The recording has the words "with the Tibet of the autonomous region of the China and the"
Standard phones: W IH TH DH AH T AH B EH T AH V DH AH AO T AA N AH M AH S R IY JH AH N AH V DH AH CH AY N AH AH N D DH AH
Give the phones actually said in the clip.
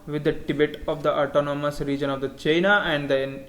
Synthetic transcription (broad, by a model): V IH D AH T AH B EH T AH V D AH AO T AA N AH M AH S R IY JH AH N AH V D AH CH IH N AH AH N D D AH